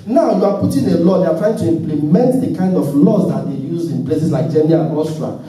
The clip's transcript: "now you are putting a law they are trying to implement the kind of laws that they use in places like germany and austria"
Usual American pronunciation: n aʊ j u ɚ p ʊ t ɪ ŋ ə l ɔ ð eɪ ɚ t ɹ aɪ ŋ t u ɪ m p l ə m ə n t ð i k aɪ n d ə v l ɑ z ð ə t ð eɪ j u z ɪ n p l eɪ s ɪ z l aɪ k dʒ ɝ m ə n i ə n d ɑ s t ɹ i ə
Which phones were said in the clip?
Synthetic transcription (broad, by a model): n aʊ j u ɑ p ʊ t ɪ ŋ ə l ɔ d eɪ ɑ t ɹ aɪ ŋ t u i m p l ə m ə n t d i k aɪ n d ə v l ɑ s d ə t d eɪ j u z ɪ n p l eɪ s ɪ s l aɪ k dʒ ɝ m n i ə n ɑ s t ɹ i